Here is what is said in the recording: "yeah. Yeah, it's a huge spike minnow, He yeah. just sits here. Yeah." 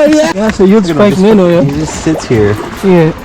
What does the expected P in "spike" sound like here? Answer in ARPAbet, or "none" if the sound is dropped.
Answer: none